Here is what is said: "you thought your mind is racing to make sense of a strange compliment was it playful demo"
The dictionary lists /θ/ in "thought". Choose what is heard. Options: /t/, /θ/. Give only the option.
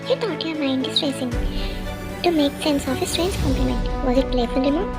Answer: /t/